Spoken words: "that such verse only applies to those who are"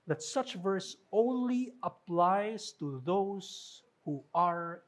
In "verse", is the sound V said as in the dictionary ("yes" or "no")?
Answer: yes